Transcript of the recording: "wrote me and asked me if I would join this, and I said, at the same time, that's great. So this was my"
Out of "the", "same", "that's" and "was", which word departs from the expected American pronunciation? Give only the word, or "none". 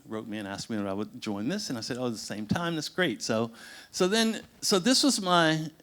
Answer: none